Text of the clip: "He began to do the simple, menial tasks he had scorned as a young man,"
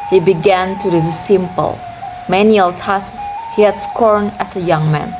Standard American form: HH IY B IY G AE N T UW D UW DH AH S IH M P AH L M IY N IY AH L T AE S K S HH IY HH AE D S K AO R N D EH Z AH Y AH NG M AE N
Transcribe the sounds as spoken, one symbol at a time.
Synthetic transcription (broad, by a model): HH IY B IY G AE N T UW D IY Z S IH M P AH L M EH N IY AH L T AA S S HH IY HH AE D S K AO R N EH S AH Y AH NG M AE N